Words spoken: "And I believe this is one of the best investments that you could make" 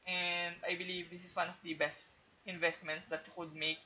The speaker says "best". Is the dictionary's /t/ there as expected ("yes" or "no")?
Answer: yes